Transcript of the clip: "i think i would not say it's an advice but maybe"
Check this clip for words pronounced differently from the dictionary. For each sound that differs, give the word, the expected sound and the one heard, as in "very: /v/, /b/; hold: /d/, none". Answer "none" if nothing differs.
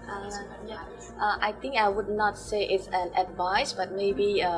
think: /θ/, /t/